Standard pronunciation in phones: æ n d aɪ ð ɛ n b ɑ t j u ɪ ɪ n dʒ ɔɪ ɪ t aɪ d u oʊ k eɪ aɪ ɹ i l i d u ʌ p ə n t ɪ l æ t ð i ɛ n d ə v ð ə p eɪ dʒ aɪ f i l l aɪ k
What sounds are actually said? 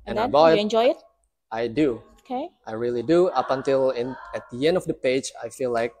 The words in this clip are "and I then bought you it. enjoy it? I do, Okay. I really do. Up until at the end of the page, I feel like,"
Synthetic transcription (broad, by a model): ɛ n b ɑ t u ɪ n dʒ ɔɪ ɪ t aɪ d u oʊ k eɪ aɪ ɹ i l i d u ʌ p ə n t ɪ n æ t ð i ɛ n d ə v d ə p eɪ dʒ aɪ f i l l aɪ k